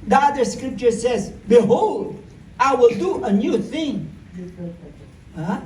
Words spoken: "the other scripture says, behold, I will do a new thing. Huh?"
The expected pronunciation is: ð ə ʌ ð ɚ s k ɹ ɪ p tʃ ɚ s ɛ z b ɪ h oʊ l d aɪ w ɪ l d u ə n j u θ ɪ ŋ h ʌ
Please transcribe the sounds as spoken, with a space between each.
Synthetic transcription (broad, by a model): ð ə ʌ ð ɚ s k ɹ ɪ p tʃ ɚ s ɛ z b ɪ h oʊ l d aɪ w ɪ l d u ə n j u θ ɪ ŋ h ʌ